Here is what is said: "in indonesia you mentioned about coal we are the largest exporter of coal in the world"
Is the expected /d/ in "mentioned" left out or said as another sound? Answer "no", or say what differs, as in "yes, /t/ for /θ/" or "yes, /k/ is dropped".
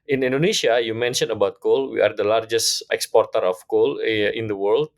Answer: yes, /d/ is dropped